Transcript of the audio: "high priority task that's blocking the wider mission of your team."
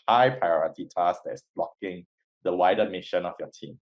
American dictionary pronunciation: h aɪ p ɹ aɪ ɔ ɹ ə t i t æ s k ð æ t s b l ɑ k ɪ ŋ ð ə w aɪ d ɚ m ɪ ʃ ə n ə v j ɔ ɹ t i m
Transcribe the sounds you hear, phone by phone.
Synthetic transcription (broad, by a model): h aɪ p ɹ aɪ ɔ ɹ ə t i t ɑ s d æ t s b l ɑ k ɪ ŋ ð ə w aɪ d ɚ m ɪ ʃ ə n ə f j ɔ t i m